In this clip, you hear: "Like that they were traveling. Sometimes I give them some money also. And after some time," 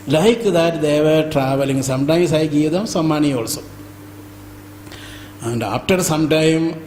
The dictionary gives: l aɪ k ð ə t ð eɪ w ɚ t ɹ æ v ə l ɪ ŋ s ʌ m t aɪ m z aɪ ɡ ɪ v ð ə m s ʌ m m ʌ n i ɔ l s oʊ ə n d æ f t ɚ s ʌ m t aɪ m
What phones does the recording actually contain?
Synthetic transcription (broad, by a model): l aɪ k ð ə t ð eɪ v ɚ t ɹ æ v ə l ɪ ŋ s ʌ m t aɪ m s aɪ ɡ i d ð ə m s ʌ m m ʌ n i ɔ l s oʊ ə n d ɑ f t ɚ s ʌ m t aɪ m